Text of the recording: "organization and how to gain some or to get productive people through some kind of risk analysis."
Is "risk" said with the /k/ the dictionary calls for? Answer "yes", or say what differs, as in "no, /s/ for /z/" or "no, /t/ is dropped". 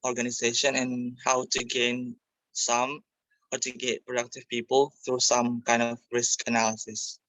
yes